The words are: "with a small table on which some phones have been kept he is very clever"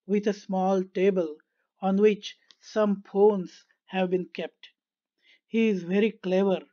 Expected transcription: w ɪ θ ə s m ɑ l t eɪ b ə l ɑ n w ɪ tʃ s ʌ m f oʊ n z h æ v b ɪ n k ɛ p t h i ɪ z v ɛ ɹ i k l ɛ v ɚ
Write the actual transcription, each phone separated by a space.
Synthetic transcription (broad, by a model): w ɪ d ə s m ɑ l t eɪ b ə l ɑ n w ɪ tʃ s ʌ m p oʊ n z h æ v b ɪ n k ɛ p t h i ɪ z v ɛ ɹ i k l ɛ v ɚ